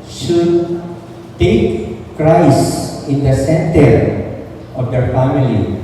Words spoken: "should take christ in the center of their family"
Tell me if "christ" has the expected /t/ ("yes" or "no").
no